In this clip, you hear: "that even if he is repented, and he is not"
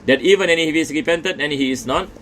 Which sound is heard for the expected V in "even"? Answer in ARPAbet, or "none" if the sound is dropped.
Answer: V